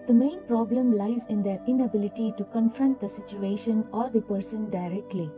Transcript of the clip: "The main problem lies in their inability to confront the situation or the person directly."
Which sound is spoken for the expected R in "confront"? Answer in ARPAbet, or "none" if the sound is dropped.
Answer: R